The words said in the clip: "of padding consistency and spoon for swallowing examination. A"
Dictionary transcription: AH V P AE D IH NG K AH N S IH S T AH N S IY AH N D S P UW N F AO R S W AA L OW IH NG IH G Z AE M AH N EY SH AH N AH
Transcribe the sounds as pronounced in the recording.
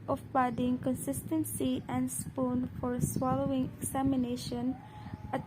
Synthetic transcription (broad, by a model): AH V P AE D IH NG K AH N S IH S T AH N S IY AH N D S P UW N F AO R S W AA L OW IH NG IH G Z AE M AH N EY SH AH N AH